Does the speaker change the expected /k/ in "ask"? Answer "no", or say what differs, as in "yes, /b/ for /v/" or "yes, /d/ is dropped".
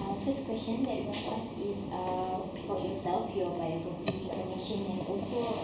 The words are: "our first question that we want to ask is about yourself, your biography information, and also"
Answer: yes, /k/ is dropped